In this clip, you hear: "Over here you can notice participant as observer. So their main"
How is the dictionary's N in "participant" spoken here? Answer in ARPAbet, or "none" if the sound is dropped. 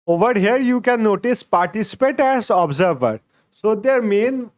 none